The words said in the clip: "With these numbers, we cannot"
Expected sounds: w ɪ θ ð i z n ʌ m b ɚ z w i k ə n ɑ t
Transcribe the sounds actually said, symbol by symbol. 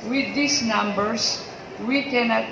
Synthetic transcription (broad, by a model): w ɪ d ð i s n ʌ m b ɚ s w i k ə n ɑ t